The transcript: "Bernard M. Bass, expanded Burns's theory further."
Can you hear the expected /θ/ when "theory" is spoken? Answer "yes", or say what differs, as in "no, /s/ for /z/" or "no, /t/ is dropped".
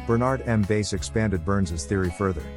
yes